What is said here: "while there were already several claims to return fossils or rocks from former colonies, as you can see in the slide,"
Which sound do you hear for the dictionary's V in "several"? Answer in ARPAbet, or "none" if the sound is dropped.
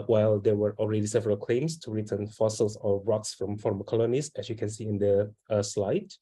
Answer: V